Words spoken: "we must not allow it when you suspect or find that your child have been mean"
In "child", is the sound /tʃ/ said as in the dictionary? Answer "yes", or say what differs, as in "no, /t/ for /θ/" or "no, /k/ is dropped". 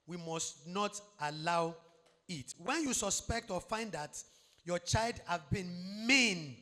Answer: yes